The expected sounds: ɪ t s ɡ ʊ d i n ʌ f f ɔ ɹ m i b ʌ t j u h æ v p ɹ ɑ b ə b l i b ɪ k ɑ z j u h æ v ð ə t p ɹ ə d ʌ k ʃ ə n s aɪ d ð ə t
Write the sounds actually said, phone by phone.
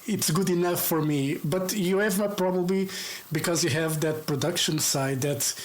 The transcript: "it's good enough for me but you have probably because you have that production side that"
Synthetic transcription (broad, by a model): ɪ t s ɡ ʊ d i n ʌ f f ɔ ɹ m i b ʌ t j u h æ v p ɹ ɑ b ə b l i b ɪ k ɑ z j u h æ v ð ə t p ɹ ə d ʌ k ʃ ə n s aɪ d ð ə t